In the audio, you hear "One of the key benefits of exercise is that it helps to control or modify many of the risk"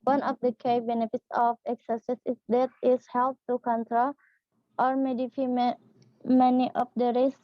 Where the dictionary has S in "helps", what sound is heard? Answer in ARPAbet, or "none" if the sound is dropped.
none